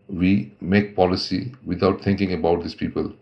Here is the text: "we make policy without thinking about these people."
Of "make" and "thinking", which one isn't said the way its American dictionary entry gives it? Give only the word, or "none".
thinking